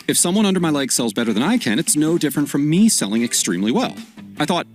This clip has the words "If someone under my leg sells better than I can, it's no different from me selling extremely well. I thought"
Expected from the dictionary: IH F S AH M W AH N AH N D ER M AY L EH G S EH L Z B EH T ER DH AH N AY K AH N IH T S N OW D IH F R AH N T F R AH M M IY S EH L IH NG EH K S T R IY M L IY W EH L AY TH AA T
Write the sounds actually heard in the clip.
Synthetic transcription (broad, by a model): IH F S AH M W AH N AH N D ER M AY L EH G S EH L Z B EH T ER DH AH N AY K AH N IH T S N OW D IH F R AH N T F R AH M M IY S EH L IH NG EH K S T R IY M L IY W EH L AY TH AA T